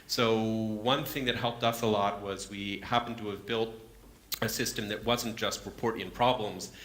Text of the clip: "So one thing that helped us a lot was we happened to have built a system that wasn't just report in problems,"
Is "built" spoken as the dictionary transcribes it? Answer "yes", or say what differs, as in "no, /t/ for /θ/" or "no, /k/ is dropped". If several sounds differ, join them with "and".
yes